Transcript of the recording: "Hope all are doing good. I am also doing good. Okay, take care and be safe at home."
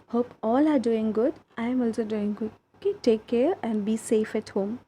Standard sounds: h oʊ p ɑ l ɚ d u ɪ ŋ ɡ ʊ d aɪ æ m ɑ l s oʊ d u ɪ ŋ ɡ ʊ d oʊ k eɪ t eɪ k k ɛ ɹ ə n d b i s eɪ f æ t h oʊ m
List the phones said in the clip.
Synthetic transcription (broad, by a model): h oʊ p ɑ l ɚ d u ɪ ŋ ɡ ʊ d aɪ m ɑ l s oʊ d u ɪ ŋ ɡ ʊ d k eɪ t eɪ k k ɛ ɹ ə n d b i s eɪ f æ t h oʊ m